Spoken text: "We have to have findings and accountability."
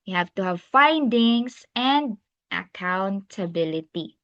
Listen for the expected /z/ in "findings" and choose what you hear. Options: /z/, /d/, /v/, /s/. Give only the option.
/s/